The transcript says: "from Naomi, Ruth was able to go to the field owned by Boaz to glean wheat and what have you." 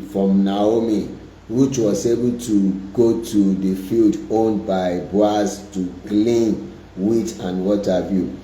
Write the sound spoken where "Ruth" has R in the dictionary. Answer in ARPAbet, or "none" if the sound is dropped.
W